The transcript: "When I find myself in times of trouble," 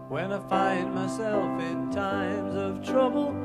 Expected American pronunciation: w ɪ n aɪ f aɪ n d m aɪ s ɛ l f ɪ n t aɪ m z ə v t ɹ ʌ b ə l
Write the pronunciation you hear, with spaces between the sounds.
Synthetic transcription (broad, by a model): w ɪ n aɪ f aɪ n d m aɪ s ɛ l f ɪ n t aɪ m z ə v t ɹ ʌ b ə l